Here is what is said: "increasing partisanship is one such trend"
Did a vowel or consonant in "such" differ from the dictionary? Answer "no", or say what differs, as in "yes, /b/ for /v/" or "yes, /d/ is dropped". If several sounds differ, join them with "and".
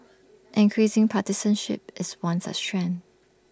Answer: yes, /s/ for /tʃ/